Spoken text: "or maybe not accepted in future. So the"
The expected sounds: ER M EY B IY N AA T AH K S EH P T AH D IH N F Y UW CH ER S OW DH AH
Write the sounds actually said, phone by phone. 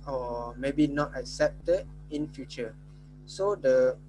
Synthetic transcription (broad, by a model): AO M EY B IY N AA T AH K S EH P T AH D IH N F Y UW CH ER S OW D AH